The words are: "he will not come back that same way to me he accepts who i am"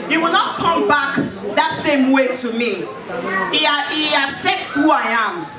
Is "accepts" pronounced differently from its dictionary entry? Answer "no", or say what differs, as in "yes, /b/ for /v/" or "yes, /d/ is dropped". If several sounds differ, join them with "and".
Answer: yes, /k/ is dropped and /p/ is dropped